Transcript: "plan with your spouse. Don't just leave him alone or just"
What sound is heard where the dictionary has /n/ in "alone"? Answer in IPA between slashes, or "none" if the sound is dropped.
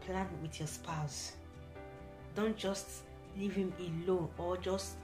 none